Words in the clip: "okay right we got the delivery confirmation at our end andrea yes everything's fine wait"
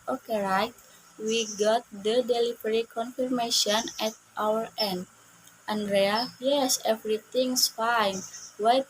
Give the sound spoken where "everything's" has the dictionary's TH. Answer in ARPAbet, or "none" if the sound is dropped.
T